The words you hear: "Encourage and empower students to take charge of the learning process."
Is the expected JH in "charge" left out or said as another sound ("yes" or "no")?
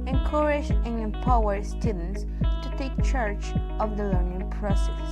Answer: yes